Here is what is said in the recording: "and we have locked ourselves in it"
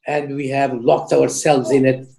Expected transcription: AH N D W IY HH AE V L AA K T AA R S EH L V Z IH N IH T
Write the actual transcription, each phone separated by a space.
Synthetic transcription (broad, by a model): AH N D W IY HH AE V L AA K T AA R S EH L V Z IH N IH T